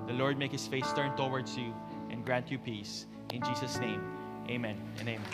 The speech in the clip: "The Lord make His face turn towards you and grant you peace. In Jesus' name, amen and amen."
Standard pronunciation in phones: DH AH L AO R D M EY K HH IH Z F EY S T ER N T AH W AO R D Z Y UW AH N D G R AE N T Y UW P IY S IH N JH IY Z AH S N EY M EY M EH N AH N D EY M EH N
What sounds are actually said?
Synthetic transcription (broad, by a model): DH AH L AO R D M EY K HH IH S F EY S T ER N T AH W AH R D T Y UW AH N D G R AE N T Y UW P IY S IH N JH IY S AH S N EY M EY M EH N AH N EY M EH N